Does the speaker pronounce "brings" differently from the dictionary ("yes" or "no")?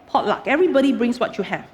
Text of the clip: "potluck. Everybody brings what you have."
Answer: yes